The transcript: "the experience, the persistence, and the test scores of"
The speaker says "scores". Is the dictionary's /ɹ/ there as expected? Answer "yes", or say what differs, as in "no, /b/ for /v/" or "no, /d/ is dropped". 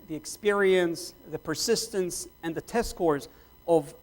yes